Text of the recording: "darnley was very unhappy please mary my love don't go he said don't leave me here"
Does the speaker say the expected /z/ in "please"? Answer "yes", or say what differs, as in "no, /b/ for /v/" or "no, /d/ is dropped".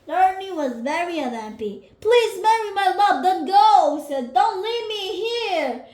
yes